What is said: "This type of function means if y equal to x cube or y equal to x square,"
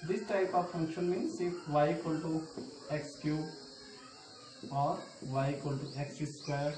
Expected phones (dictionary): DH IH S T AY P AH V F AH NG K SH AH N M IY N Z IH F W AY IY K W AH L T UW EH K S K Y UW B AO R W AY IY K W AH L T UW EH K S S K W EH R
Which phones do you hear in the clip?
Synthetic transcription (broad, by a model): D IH S T AY P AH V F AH NG K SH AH N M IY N S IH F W AY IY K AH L T UW EH K S K Y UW AO R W AY K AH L T UW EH K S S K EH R